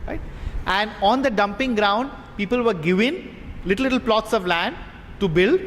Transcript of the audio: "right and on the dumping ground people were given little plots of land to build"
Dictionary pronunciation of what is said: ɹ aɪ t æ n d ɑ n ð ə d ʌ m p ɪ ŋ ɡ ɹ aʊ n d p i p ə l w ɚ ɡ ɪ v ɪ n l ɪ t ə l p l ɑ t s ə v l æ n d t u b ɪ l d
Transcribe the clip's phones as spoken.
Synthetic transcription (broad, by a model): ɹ aɪ t æ n d ɑ n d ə d ʌ m p ɪ ŋ ɡ ɹ aʊ n d p i p ə l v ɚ ɡ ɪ v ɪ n l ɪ t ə l p l ɑ t s ə v l æ n d t u b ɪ l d